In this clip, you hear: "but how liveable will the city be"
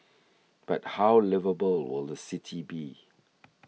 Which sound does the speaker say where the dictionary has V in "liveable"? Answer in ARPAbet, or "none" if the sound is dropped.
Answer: V